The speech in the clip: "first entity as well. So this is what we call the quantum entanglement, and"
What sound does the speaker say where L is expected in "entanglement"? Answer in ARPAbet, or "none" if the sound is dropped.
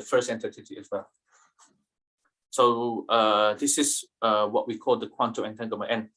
none